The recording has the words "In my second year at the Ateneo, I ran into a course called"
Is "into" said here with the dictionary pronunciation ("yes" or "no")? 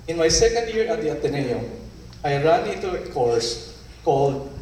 no